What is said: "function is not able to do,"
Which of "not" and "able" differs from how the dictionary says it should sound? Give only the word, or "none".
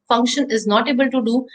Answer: none